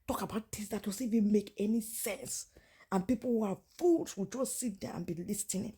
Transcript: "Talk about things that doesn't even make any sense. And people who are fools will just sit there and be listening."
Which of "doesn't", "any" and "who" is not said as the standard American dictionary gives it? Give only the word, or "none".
doesn't